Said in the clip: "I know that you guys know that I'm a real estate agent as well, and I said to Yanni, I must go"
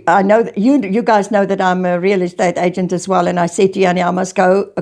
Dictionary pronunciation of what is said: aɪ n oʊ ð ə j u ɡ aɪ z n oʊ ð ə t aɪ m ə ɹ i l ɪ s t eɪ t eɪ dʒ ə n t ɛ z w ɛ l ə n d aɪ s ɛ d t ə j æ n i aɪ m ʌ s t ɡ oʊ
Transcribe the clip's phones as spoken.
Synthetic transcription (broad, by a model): aɪ n oʊ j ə j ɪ ɡ aɪ z n oʊ ð ə t aɪ m ə ɹ i l ɪ s t eɪ t eɪ dʒ ə n t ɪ z w ɛ l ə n aɪ s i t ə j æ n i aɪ m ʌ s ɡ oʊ